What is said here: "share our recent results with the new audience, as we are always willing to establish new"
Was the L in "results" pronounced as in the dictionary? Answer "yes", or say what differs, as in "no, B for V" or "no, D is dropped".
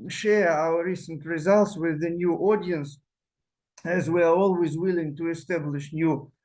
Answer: yes